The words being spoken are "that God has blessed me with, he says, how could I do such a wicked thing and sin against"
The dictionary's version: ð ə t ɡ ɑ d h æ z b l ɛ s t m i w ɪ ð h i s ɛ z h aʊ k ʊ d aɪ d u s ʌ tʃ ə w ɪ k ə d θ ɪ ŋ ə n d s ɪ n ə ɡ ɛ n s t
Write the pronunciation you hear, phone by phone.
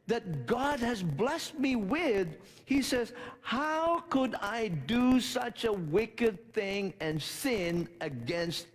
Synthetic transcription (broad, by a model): ð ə t ɡ ɑ d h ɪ z b l ɛ s t m i w ɪ ð h i s ɛ z h aʊ k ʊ d aɪ d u s ʌ tʃ ə w ɪ k ə d θ ɪ ŋ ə n s ɪ n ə ɡ ɛ n s t